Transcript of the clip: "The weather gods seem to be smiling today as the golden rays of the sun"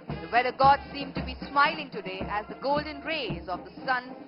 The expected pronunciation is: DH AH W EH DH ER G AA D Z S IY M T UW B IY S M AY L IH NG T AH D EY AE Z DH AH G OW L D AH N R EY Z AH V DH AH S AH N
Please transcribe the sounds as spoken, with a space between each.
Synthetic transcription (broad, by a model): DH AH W EH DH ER G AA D S IY M T UW B IY S M AY L IH NG T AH D EY AE Z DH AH G OW L D AH N R EY Z AH V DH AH S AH N